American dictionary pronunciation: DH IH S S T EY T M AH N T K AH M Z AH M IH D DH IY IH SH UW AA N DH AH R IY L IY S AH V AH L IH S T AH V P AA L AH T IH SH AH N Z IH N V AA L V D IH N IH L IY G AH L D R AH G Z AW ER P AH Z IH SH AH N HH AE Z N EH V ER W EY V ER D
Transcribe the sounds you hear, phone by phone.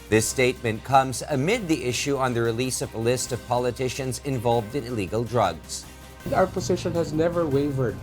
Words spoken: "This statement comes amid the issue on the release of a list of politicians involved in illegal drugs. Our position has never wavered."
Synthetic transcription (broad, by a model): DH IH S S T EY T M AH N K AH M Z AH M IH D DH IY IH SH UW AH N DH AH R IY L IY S AH V AH L IH S T AH V P AA L AH T IH SH AH N Z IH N V AA L V D IH N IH L IY G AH L D R AH G Z AW ER P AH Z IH SH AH N HH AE Z N EH V ER W EY V ER D